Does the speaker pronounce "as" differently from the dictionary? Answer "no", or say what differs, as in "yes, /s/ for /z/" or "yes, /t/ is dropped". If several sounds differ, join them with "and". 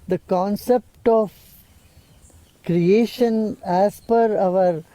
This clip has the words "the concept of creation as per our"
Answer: yes, /s/ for /z/